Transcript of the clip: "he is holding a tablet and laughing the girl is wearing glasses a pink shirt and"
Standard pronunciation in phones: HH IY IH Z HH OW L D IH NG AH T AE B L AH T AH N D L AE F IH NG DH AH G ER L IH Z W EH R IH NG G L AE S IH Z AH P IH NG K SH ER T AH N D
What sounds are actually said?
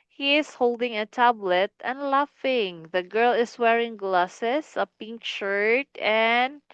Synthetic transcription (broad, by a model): HH IY IH S HH OW L D IH NG AH T AE B L AH T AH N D L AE F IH NG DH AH G ER L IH S W EH R IH NG G L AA S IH S AH P IH NG K SH ER T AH N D